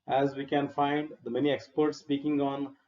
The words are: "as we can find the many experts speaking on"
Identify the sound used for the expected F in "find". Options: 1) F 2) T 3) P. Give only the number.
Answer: 1